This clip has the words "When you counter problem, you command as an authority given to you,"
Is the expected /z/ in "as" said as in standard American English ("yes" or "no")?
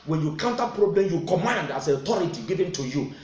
no